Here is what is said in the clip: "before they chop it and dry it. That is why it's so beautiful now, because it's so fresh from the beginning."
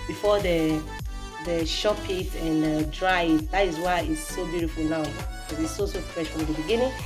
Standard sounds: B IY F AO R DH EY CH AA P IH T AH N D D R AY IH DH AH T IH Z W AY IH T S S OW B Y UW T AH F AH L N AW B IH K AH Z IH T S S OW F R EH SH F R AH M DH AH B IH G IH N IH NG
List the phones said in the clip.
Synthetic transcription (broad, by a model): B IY F AO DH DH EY SH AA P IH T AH N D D R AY IH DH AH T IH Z W AY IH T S S OW B Y UW T AH F AH L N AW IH AH IH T S S OW F R EH SH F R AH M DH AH B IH G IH N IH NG